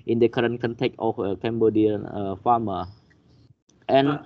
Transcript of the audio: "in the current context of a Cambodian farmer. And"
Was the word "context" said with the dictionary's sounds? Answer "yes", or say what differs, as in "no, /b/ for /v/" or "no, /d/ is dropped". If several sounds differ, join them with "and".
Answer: no, /s/ is dropped